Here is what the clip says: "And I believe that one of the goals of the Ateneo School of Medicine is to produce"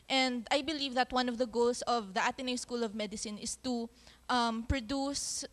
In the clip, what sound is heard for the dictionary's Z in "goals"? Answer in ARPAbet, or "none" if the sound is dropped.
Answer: S